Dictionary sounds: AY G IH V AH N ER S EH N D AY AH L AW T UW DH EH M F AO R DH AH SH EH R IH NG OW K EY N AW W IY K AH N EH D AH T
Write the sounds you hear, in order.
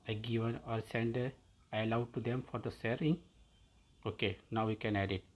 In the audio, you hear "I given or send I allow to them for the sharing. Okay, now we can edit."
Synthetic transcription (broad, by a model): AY G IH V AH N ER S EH N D AY AH L AW T UW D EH M F AO R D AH S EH R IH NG OW K EY N AW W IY K AH N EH D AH T